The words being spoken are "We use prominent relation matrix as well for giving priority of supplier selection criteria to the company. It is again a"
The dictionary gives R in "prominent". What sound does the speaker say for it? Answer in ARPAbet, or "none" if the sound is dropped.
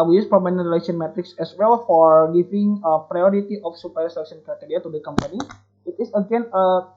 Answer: none